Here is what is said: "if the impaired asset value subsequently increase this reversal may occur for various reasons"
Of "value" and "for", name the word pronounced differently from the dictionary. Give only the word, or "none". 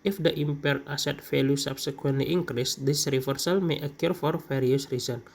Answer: value